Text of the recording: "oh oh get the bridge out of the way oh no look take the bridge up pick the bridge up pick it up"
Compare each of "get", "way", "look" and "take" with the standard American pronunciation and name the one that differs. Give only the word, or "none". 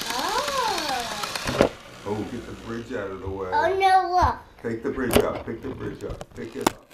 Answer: look